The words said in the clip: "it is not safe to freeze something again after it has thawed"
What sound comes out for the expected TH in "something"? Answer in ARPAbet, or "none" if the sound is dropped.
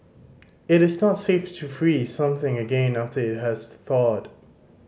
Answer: TH